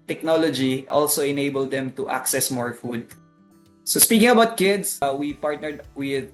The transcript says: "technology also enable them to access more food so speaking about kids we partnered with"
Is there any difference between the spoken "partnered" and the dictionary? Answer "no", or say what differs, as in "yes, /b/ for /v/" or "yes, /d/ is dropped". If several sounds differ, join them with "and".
no